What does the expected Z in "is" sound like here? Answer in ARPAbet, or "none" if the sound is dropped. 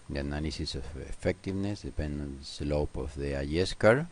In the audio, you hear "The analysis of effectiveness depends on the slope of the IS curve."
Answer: S